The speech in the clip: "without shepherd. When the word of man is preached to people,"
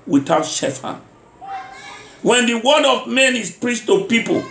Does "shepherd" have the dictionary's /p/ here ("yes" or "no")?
no